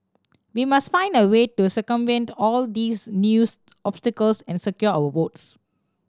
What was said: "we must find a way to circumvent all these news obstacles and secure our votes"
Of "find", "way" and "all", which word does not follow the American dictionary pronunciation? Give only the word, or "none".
none